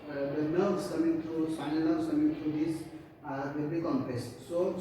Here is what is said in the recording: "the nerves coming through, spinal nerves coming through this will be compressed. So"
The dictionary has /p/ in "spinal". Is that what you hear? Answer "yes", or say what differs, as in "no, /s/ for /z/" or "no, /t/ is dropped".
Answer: no, /p/ is dropped